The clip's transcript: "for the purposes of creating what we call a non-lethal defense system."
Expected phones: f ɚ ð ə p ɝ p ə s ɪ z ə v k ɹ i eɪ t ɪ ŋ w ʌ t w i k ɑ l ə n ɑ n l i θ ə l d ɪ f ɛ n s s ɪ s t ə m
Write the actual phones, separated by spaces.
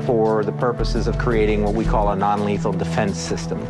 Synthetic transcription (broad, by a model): f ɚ ð ə p ɝ p ə s ɪ z ə v k ɹ i eɪ t ɪ ŋ w ʌ t w i k ɑ l ə n ɑ n l i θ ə l d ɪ f ɛ n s s ɪ s t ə m